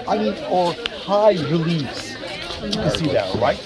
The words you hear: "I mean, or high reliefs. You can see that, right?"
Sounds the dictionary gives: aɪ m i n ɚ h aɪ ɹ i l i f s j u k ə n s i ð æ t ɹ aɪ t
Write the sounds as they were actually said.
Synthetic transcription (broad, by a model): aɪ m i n ɚ h aɪ ɹ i l i s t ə s i ð æ t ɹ aɪ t